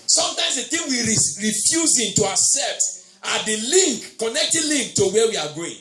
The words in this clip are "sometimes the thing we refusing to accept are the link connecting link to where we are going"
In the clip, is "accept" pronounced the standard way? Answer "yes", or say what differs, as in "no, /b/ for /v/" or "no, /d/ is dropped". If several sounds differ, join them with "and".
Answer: no, /k/ is dropped